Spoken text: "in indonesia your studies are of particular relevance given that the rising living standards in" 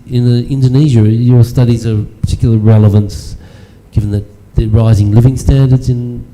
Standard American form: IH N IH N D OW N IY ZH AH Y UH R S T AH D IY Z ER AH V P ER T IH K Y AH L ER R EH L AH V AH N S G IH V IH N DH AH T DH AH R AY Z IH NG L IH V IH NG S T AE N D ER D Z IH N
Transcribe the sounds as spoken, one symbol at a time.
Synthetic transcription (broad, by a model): IH N IH N D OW N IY ZH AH Y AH R S T AH D IY Z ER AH P P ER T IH K Y L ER R EH L AH V AH N S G IH V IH N DH AH T DH AH R AY Z IH NG L IH V IH NG S T AE N D ER D Z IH N